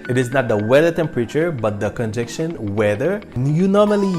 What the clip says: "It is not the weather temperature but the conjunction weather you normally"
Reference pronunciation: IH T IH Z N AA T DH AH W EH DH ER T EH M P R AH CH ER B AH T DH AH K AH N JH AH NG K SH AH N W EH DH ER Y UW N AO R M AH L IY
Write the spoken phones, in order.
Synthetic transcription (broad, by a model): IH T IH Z N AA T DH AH W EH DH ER T EH M P R AH CH ER B AH T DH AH K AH N JH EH K SH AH N W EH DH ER Y UW N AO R M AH L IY